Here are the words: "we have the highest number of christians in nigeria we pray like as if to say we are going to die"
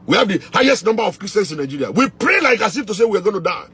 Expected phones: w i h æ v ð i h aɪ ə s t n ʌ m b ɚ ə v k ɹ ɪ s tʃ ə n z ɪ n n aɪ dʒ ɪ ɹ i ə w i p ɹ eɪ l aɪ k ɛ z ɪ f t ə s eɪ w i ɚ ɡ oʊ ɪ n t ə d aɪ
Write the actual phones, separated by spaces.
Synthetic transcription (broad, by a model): w i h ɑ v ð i h aɪ ə s t n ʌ m b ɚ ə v k ɹ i s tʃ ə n s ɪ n n aɪ dʒ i ɹ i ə w i p ɹ eɪ l aɪ k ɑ s ɪ f t ə s eɪ w i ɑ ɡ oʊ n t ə d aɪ